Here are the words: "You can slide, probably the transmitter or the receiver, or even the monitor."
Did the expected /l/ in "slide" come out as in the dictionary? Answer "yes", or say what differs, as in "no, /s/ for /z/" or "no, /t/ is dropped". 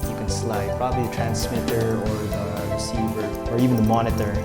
yes